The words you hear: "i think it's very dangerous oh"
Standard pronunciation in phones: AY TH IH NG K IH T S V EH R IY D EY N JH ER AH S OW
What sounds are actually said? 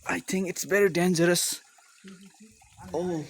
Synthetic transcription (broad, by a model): AY TH IH NG K IH T S B EH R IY D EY N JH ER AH S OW